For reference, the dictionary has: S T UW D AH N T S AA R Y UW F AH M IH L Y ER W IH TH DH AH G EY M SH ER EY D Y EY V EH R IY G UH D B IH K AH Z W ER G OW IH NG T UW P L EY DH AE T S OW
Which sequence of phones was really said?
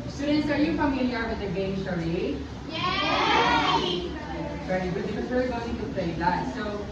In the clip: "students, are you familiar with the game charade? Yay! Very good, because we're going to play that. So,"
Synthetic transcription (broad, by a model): S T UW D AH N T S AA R Y UW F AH M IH L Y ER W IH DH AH G EY M S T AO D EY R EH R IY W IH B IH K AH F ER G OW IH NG T UW P L EY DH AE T S OW